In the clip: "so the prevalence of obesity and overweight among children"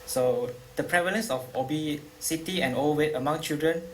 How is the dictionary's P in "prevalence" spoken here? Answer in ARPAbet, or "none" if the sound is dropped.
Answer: P